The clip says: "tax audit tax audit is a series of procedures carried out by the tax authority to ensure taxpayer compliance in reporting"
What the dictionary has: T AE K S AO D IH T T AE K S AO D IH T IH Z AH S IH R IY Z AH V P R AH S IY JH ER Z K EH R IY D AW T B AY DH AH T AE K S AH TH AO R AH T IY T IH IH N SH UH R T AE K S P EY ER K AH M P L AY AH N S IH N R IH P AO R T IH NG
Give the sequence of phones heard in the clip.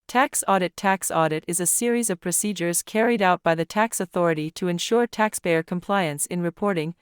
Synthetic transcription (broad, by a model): T AE K S AO D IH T T AE K S AO D IH T IH Z AH S IH R IY Z AH V P R AH S IY JH ER Z K EH R IY D AW T B AY DH AH T AE K S AH TH AO R AH T IY T IH IH N SH UH R T AE K S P EY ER K AH M P L AY AH N S IH N R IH P AO R T IH NG